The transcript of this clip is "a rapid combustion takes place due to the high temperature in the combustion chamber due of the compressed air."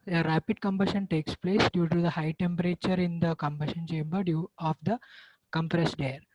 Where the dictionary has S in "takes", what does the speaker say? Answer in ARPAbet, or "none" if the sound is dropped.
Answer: S